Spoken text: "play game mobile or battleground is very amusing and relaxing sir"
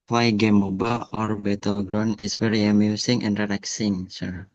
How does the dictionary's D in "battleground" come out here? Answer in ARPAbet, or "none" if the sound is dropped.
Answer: none